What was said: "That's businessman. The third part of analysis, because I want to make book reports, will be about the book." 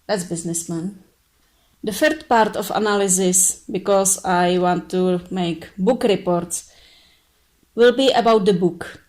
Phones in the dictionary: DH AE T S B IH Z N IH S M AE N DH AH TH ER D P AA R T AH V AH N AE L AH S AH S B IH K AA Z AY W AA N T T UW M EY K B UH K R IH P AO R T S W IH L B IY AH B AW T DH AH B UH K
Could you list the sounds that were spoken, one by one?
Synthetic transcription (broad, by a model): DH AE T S B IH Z N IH S M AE N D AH F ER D P AA R T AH F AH N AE L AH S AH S B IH K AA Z AY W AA N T T UW M EY K B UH K R IH P AO R T S W IH L B IY AH B AW T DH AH B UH K